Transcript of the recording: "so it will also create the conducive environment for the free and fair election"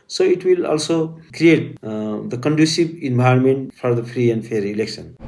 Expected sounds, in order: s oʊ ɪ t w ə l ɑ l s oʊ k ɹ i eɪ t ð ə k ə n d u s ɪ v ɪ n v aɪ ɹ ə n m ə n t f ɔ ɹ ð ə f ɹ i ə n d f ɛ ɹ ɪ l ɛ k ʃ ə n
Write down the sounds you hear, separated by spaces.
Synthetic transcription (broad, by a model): s oʊ ɪ t w ə l ɑ l s oʊ k ɹ i eɪ t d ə k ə n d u s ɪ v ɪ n b aɪ ə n m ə n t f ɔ ɹ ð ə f ɹ i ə n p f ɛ ɹ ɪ l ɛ k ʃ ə n